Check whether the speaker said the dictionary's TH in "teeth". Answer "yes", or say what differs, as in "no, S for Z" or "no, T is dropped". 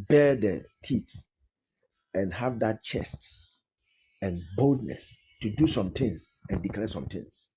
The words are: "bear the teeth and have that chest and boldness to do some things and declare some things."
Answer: no, T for TH